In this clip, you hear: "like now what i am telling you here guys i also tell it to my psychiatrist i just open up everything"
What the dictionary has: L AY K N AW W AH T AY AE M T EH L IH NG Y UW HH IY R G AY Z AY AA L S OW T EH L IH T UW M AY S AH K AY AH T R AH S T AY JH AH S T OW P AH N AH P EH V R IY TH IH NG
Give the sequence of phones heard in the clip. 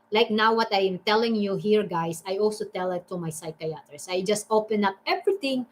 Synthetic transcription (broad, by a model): L AY K N AW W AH T AY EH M T EH L IH NG Y UW HH IY R G AY S AY AA L S OW T EH L IH T UW M AY S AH K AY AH T R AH S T AY JH AH S T OW P AH N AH P EH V R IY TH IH NG